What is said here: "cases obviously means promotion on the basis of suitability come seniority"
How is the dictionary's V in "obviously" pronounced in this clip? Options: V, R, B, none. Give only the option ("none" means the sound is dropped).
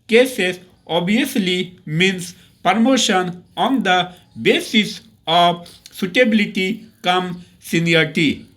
none